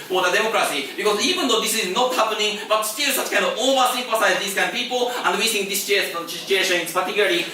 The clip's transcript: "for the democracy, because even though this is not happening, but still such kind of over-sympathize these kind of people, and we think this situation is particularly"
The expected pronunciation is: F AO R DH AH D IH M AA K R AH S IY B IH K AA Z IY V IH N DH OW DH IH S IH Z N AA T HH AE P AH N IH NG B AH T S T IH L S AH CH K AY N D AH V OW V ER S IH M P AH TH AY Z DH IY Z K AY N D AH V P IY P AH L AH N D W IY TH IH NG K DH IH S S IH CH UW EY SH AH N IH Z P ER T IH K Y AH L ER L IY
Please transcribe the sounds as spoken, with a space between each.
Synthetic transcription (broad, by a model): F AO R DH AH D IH M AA K R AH S IY B IH K AA Z IY V IH N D OW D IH S IH Z N AA T HH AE P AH N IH NG B AH T S T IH L S AH CH K AY N D AH V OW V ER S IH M F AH S AY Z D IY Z K AY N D P IY P AH L AH N D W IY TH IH NG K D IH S S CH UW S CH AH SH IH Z P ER T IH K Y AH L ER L IY